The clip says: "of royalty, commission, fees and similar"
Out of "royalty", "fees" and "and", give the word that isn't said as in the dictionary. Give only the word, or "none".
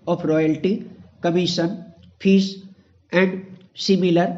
fees